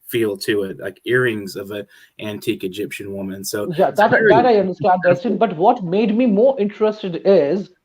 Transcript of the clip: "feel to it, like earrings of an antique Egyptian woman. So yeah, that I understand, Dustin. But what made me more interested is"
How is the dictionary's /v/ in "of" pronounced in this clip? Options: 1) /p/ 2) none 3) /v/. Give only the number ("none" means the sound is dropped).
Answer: 3